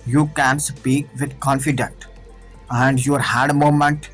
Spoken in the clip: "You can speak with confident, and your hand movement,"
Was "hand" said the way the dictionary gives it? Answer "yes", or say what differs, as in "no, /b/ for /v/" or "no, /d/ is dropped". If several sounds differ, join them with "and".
no, /n/ is dropped